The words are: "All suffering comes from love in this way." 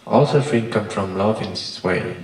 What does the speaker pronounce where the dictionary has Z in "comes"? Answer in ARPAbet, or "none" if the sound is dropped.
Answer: none